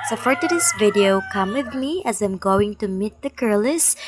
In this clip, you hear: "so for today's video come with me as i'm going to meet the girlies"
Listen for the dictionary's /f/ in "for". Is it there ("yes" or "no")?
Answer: no